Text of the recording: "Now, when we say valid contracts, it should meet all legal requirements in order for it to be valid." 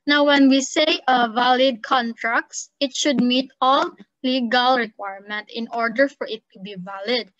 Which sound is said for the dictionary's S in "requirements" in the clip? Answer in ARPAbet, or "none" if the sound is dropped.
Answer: none